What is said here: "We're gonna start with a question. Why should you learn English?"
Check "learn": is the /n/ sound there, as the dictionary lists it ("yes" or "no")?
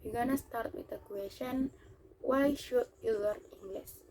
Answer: no